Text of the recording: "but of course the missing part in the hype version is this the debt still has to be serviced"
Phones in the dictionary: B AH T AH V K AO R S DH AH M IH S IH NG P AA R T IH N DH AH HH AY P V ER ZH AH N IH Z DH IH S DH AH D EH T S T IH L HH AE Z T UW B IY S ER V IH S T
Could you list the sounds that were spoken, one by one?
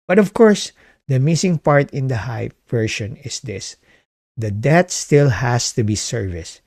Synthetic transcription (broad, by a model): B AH T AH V K AO R S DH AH M IH S IH NG P AA R T IH N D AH HH AY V ER SH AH N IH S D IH S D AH D EH T S T IH L HH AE S T UW B IY S ER V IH S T